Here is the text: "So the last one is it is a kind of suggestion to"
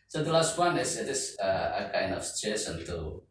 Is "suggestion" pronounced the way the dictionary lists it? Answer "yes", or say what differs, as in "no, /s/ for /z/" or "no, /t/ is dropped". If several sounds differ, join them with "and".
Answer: no, /tʃ/ is dropped